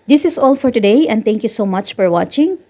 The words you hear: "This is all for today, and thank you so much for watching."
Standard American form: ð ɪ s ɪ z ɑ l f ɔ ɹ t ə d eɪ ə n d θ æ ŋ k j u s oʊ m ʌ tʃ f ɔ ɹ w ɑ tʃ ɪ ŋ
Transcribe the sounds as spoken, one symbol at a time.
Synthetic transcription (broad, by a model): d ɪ s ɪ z ɑ l f ɔ ɹ t ə d eɪ ə n d t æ ŋ k j u s oʊ m ʌ tʃ f ɔ ɹ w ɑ tʃ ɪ ŋ